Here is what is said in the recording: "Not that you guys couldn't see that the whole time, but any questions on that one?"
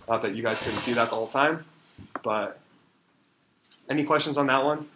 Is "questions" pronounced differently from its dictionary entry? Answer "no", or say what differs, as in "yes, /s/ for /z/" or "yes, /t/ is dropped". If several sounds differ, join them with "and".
no